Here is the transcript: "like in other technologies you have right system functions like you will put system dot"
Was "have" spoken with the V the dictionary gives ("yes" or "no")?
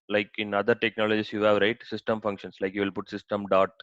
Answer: yes